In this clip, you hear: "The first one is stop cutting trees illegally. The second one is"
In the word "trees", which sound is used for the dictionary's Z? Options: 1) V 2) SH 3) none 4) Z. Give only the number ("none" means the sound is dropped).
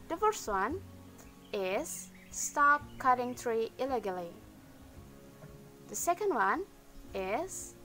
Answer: 3